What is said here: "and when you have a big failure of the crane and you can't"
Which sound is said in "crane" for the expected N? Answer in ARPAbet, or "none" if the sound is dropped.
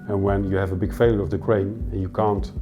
none